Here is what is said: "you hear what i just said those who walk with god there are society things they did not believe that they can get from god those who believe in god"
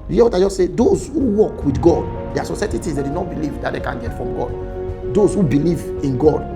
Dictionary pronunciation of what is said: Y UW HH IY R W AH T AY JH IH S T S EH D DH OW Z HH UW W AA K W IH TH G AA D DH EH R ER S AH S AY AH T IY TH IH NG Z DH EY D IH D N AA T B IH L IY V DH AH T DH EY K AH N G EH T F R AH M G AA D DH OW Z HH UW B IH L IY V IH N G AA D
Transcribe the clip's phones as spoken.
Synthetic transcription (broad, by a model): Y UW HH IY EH W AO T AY JH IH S S EH D OW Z HH UW W AA K W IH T G AA D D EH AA S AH S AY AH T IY T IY Z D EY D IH N AA T B IH L IY V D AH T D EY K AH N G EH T F R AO M G AA D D OW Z HH UW B IH L IY V IH N G AA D